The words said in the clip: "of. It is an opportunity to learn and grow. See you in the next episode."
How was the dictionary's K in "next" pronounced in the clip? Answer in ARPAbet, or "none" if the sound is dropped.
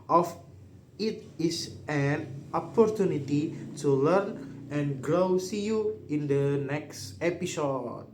K